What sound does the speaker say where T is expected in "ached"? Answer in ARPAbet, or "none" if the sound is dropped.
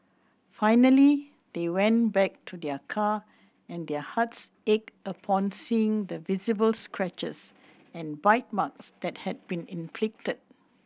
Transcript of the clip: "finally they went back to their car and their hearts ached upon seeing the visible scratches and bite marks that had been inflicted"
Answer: none